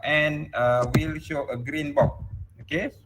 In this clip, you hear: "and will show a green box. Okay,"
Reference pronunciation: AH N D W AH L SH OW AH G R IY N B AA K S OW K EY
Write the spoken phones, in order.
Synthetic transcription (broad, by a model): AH N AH W AH L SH OW AH G R IY N B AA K OW K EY